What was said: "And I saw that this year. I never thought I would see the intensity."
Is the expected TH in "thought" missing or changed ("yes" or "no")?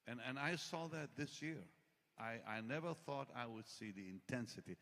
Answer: no